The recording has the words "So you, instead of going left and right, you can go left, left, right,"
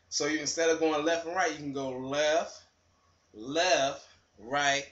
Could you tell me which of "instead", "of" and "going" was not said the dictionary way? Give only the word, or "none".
none